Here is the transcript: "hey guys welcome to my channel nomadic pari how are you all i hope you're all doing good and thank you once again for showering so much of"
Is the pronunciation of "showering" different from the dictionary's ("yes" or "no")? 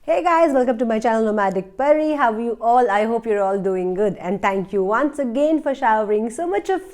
no